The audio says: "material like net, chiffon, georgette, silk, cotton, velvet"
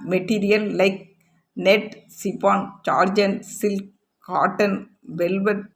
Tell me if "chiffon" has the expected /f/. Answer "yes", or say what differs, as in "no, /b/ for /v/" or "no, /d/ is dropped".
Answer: no, /p/ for /f/